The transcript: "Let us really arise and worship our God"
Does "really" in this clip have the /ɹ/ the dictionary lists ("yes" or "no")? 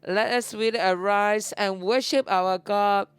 no